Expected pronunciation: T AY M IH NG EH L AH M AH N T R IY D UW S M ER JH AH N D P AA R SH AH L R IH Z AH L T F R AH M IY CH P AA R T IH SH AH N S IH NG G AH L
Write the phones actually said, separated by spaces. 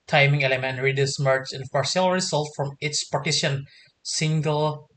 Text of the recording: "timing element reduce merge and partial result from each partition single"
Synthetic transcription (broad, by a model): T AY M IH NG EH L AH M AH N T R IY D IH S M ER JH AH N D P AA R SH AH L R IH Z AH L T F R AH M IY S P AA R T IH SH AH N S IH NG G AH L